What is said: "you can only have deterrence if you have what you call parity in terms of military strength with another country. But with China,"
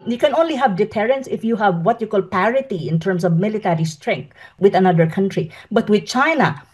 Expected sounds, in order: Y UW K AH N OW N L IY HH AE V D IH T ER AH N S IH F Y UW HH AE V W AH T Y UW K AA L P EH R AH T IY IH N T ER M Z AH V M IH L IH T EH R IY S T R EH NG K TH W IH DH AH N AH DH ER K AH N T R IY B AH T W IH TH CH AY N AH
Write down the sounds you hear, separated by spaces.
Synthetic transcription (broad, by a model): Y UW K AH N OW N L IY HH AE V D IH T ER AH N S IH F Y UW HH AE V W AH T Y UW K AA L P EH R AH T IY IH N T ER M S AH V M IH L IH T EH R IY S T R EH NG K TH W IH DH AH N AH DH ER K AH N T R IY B AH T W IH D CH AY N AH